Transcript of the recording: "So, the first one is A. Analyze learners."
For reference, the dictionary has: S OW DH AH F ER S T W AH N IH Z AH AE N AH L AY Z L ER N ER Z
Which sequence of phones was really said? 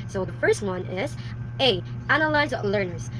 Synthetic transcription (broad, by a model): S OW DH AH F ER S T W AH N IH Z AH AE N AH L AY Z L ER N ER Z